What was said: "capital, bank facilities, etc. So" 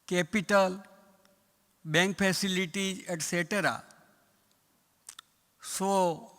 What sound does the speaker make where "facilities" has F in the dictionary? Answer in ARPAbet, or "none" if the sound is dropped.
P